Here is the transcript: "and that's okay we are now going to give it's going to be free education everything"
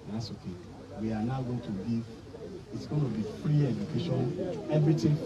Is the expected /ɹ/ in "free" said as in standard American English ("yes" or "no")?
yes